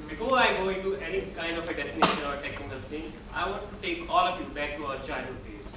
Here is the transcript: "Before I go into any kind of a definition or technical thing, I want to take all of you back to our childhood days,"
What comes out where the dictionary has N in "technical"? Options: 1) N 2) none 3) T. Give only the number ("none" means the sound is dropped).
2